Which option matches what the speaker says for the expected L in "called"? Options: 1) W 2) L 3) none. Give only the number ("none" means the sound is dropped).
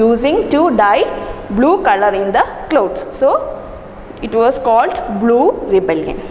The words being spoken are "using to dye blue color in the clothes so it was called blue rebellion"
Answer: 2